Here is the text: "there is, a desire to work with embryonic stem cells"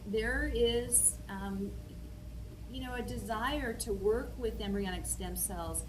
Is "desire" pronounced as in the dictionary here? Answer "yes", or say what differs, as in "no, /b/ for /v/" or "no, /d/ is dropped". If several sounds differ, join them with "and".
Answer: yes